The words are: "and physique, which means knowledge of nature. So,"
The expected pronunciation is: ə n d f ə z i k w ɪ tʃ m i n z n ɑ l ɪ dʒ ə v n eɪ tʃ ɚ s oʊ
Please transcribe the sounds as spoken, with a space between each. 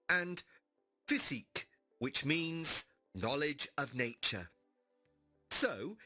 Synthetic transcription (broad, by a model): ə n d f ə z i k w ɪ tʃ m i n z n ɑ l ɪ dʒ ə v n eɪ tʃ ɚ s oʊ